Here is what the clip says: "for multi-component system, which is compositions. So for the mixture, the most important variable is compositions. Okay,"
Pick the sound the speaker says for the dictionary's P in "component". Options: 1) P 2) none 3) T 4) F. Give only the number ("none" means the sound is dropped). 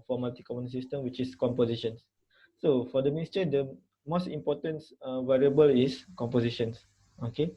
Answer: 2